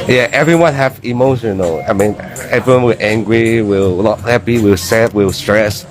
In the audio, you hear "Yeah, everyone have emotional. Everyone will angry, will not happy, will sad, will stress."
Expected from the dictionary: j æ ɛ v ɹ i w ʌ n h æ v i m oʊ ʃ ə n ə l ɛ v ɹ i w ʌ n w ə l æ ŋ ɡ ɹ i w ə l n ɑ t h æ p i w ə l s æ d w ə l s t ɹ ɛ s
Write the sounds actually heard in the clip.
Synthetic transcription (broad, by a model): j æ ɛ v ɹ i w ʌ n h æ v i m oʊ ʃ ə n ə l ɛ v ɹ i w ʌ n w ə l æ ŋ ɡ ɹ i w ə l l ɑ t h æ p i w ə l s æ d w ə l s t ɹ ɛ s